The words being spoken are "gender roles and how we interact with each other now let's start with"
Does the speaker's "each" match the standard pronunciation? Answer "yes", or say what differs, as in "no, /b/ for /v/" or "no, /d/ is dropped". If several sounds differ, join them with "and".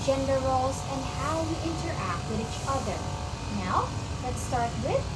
yes